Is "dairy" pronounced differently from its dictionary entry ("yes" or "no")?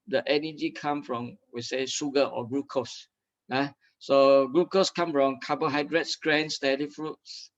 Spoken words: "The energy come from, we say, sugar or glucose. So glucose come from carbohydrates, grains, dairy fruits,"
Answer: yes